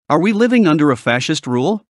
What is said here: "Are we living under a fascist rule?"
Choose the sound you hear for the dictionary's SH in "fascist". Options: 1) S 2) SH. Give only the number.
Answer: 2